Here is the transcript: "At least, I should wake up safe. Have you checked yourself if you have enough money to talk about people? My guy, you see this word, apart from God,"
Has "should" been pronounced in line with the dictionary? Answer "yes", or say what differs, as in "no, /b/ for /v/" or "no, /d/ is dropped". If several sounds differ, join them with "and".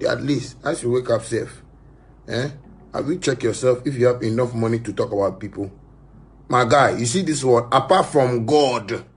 no, /s/ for /ʃ/